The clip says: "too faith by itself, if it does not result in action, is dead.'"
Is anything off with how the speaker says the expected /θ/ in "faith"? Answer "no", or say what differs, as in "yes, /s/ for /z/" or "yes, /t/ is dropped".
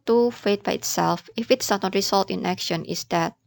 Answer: yes, /t/ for /θ/